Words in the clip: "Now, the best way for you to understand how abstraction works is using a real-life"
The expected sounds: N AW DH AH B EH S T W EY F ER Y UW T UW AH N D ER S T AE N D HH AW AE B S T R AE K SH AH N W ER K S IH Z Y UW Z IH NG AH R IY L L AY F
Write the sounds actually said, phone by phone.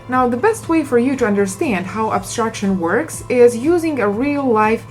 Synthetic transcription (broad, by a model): N AW DH AH B EH S T W EY F ER Y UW T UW AH N D ER S T AE N D HH AW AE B S T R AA K SH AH N W ER K S IH Z Y UW Z IH NG AH R IY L L AY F